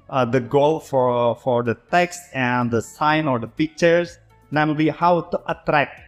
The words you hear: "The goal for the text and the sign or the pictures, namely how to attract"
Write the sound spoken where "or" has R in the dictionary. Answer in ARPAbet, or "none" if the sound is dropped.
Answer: R